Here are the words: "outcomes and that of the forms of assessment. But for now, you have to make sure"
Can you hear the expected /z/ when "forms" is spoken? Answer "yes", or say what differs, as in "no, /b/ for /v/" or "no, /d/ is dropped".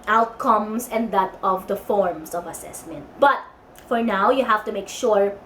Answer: no, /s/ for /z/